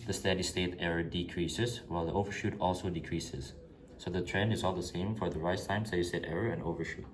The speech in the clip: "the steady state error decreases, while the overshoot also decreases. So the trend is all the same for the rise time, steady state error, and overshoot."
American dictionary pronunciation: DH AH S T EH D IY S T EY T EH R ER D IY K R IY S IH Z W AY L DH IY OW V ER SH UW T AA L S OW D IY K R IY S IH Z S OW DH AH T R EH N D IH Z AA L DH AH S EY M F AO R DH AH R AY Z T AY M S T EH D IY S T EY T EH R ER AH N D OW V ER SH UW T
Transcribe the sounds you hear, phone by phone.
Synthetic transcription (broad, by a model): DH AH S T EH D IY S T EY T EH R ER D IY K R IY S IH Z W AY L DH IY OW V ER SH UW T AA L S OW D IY K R IY S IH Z S OW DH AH T R EH N D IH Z AA L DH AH S EY M F AO R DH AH R AY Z T AY M S T EH D IY S T EY T EH R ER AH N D OW V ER SH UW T